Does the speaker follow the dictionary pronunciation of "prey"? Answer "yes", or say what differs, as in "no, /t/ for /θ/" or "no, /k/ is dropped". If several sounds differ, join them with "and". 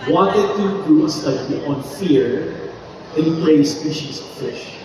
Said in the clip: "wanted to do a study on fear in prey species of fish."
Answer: no, /l/ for /ɹ/